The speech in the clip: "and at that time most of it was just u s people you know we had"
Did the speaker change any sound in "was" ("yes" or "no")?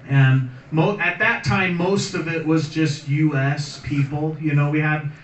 no